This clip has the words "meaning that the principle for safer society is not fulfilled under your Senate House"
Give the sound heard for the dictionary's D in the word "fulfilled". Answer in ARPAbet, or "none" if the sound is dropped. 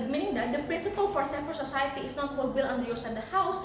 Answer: none